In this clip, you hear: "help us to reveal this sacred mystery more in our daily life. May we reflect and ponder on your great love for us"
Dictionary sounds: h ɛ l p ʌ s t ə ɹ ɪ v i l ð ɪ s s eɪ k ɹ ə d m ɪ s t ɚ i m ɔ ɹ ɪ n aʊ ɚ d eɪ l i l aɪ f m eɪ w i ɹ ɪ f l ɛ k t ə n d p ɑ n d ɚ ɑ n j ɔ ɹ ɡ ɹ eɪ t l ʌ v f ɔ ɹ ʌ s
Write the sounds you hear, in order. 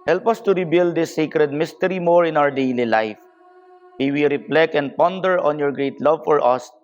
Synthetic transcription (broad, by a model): h ɛ l p ʌ s t ə ɹ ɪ b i l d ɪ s s eɪ k ɹ ə d m ɪ s t ɚ i m ɔ ɹ ɪ n aʊ ɚ d eɪ l i l aɪ f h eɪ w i ɹ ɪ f l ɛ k ə n d p ɑ n d ɚ ɑ n j ɔ ɹ ɡ ɹ eɪ t l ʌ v f ɔ ɹ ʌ s